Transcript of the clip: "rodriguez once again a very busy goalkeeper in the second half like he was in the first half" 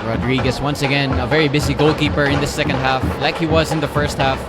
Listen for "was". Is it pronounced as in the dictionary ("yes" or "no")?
yes